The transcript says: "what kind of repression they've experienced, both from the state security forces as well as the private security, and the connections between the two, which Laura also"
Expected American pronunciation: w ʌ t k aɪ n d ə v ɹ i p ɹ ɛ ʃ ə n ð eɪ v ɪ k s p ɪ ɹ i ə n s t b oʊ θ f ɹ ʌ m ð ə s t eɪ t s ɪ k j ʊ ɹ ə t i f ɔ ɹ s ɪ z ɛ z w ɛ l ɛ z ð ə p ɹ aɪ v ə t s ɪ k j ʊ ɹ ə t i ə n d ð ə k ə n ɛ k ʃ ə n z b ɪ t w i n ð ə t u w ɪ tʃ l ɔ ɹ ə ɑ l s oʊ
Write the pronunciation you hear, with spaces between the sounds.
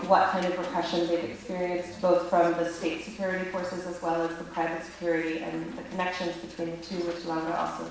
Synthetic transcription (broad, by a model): w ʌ t k aɪ n d ə v ɹ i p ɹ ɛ ʃ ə n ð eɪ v ɪ k s p ɪ ɹ i ə n s t b oʊ θ f ɹ ʌ m ð ə s t eɪ t s ɪ k j ʊ ɹ ə t i f ɔ ɹ s ɪ z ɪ z w ɛ l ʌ z ð ə p ɹ aɪ v ə t s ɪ k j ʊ ɹ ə t i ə n ð ə k ə n ɛ k ʃ ə n z b ɪ t w i n ð ə t u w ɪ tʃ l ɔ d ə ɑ l s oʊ